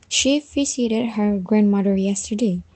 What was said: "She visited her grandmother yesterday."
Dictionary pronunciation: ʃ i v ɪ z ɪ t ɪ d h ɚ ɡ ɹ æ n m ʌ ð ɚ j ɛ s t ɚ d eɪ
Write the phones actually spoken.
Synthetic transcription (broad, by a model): ʃ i f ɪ s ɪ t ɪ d h ɚ ɡ ɹ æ n m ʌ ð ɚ j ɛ s t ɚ d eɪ